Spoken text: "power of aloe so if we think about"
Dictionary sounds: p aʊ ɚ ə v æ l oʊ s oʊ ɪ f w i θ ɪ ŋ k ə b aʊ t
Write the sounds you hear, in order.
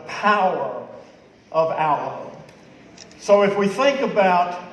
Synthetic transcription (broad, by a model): p aʊ ɚ ə v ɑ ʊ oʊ s oʊ ɪ f w i θ ɪ ŋ k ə b aʊ t